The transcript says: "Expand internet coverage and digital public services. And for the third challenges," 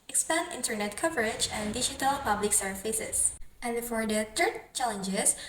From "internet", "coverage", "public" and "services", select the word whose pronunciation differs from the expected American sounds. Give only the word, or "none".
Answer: services